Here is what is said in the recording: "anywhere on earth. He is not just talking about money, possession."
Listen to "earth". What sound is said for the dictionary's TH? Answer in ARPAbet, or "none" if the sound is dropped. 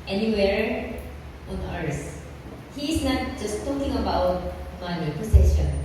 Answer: S